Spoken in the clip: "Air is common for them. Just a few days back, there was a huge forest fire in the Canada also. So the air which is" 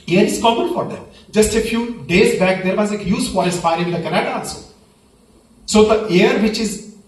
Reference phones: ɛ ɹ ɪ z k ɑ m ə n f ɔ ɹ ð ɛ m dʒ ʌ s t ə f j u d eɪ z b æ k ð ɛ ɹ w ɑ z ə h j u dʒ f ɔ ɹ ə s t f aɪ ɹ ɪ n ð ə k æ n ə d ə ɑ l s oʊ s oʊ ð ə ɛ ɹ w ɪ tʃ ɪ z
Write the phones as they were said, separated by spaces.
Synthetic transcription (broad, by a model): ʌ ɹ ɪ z k ɑ m ə n f ɔ ɹ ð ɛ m dʒ ʌ s t ə f j u d eɪ z b æ k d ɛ ɹ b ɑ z ə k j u z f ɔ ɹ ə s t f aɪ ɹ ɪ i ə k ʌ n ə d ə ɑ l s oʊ s oʊ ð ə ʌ ɹ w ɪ tʃ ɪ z